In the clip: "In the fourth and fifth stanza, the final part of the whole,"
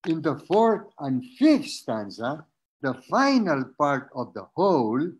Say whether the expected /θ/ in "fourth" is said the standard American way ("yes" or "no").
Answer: no